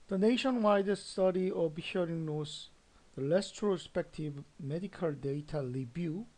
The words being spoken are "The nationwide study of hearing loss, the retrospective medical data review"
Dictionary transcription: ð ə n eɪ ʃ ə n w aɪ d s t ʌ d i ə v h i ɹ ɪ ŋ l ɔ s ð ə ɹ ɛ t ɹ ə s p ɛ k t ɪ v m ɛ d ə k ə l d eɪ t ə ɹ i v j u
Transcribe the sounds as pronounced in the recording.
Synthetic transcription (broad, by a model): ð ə n eɪ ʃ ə n w aɪ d s t ʌ d i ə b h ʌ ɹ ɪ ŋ n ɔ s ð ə l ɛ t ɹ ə s p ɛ k t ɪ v m ɛ d ə k ə l d eɪ t ə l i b j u